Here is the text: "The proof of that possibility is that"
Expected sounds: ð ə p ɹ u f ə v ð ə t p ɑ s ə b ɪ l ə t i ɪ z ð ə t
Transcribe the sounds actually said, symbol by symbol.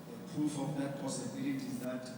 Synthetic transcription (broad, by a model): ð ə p u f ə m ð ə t p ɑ s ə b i l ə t i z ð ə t